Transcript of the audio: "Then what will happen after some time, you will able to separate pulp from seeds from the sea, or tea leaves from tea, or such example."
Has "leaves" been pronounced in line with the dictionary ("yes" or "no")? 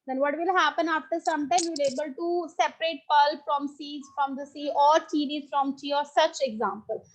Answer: no